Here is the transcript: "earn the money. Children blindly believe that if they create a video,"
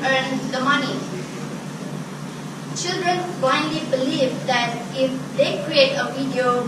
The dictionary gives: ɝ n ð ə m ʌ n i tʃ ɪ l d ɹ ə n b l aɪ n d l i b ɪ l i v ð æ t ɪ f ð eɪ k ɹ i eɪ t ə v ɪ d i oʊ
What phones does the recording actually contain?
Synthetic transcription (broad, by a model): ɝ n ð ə m ʌ n i tʃ ɪ l d ɹ ə n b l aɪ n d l i b ɪ l i v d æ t ɪ f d eɪ k ɹ i eɪ t ə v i d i oʊ